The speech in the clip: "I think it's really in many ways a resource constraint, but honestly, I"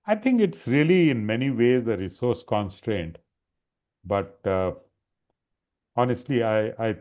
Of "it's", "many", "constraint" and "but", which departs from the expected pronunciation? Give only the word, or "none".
none